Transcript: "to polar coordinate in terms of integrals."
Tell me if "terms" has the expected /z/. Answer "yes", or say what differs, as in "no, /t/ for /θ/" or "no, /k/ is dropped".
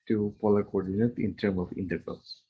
no, /z/ is dropped